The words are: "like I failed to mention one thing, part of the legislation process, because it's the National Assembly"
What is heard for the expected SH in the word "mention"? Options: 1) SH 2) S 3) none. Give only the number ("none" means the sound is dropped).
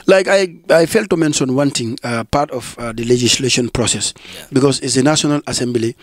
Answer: 2